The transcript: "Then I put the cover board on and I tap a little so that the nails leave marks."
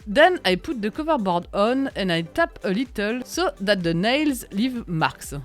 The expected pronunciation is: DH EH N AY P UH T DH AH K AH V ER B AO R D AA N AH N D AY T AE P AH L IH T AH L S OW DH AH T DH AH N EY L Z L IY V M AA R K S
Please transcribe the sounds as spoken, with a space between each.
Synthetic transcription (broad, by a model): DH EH N AY P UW T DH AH K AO V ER B AO R D AA N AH N AY T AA P AH L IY T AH L S OW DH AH T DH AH N EY L Z L IY V M AA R K S